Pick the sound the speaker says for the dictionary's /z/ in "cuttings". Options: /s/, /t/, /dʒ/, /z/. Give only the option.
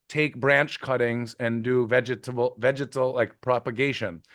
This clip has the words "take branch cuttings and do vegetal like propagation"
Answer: /z/